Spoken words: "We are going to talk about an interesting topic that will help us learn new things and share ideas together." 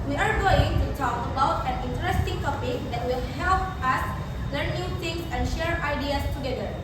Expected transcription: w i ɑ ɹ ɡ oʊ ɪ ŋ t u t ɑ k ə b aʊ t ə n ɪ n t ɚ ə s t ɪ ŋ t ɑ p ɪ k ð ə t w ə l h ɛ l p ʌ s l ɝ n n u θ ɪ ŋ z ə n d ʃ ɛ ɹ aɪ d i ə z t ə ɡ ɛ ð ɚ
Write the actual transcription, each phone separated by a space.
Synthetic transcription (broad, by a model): w i ɑ ɹ ɡ oʊ ɪ ŋ t u t ɑ k ə b aʊ t ə n ɪ n t ɚ ə s t ɪ ŋ t ɑ p ɪ k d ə t w ə l h ɛ l p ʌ s l ɝ n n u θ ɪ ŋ s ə n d ʃ ɛ ɹ aɪ d i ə s t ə ɡ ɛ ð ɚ